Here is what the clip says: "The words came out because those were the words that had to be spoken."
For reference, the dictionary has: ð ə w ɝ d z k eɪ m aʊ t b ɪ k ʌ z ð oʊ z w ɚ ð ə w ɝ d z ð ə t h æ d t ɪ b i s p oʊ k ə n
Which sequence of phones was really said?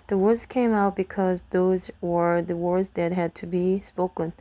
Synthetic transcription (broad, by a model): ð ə w ɝ d z k eɪ m aʊ t b ɪ k ʌ z ð oʊ z w ɚ ð ə w ɝ d z ð ə t h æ d t ɪ b i s p oʊ k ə n